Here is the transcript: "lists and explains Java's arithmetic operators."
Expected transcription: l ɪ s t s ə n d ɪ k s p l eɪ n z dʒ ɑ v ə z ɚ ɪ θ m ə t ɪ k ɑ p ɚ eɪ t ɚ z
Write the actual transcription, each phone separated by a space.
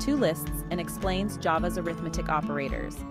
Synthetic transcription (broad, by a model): l ɪ s t s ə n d ɪ k s p l eɪ n z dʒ ɑ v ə z ɚ ɪ θ m ə t ɪ k ɑ p ɚ eɪ t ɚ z